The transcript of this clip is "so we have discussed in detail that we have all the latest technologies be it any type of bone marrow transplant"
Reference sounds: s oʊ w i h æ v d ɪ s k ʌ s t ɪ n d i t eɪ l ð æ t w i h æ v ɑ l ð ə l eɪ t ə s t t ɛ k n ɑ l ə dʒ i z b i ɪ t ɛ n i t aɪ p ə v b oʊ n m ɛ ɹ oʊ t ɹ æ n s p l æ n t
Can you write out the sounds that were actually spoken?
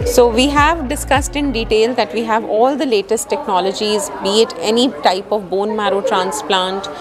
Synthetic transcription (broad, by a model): s oʊ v i h æ v d ɪ s k ʌ s t ɪ n d i t eɪ l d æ t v i h æ v ɑ l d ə l eɪ t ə s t t ɛ k n ɑ l ə dʒ i z b i ɪ t ɛ n i t aɪ p ə v b oʊ n m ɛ ɹ oʊ t ɹ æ n s p l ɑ n t